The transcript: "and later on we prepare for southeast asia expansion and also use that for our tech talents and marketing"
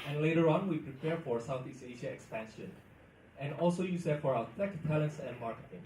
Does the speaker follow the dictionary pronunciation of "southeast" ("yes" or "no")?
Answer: no